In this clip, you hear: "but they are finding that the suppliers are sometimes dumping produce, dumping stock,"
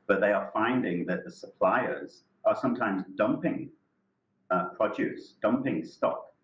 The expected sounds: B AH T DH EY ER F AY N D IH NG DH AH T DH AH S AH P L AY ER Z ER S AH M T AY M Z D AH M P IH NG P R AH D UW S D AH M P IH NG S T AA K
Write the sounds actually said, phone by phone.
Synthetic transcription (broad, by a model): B AH T DH EY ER F AY N D IH NG DH AH T DH AH S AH P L AY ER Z ER S AH M T AY M Z D AH M P IH NG P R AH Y UW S D AH M P IH NG S T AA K